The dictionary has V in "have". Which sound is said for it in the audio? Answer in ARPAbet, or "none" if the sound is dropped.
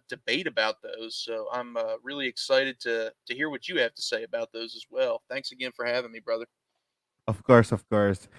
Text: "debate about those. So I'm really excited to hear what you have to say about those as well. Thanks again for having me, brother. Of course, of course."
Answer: F